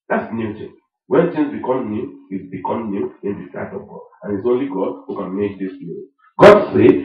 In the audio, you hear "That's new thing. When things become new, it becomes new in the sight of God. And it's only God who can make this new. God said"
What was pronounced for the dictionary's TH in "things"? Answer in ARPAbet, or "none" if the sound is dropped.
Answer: T